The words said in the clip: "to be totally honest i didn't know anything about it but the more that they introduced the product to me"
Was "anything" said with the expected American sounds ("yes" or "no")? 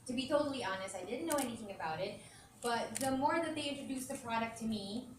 yes